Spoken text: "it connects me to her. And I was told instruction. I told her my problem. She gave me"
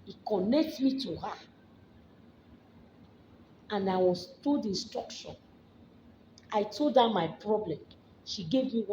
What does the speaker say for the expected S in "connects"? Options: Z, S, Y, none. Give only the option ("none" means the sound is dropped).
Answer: none